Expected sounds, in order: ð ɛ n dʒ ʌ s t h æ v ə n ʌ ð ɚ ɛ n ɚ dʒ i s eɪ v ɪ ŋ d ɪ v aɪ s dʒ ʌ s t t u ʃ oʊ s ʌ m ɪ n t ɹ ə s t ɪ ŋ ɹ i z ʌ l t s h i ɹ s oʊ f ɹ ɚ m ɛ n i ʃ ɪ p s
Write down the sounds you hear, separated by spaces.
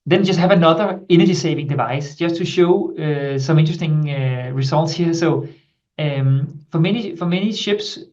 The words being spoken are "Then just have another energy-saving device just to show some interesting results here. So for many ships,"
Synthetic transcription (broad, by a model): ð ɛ n dʒ ʌ s t h æ v ə n ʌ ð ɚ ɛ n ɚ dʒ i s eɪ v ɪ ŋ d ɪ v aɪ s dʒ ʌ s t t u ʃ oʊ s ʌ m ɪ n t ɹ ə s t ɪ ŋ ɹ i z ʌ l t s h i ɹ s oʊ f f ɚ m ɛ n i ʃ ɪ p s